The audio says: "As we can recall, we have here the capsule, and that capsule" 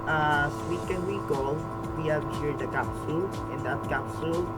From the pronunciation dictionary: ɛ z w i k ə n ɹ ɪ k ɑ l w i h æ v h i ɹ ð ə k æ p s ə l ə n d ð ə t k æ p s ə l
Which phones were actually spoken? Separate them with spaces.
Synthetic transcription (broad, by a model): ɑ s w i k ə n w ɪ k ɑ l w i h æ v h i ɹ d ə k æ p s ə l ə n d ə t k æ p s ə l